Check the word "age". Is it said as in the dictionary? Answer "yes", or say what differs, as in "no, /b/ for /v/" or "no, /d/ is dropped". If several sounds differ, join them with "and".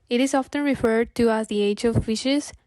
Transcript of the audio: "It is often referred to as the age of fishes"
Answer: yes